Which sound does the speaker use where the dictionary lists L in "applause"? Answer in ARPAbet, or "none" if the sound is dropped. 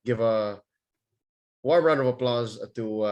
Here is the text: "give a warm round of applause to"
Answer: L